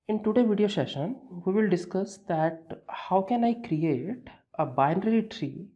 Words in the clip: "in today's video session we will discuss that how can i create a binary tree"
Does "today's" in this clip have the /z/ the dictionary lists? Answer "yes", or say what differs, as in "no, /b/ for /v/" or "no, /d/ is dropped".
no, /z/ is dropped